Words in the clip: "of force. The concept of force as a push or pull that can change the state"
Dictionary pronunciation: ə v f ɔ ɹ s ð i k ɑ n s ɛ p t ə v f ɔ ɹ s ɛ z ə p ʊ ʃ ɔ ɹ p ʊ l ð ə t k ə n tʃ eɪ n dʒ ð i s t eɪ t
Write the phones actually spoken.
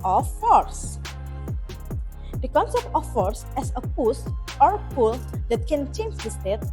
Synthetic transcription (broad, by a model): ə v f ɔ ɹ s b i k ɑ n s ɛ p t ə f ɔ ɹ s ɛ s ə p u s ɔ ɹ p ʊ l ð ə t k ə n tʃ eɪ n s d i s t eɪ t